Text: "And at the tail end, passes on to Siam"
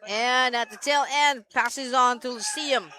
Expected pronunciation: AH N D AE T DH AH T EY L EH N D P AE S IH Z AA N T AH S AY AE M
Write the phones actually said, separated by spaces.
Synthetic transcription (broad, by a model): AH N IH T DH AH T EY L EH N D P AE S IH Z N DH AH S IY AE M